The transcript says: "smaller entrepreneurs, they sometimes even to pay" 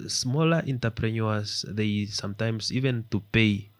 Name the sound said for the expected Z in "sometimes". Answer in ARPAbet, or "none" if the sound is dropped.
S